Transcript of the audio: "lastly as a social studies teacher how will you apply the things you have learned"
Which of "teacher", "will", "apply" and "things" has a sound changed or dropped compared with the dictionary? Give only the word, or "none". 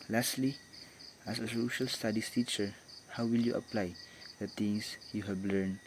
things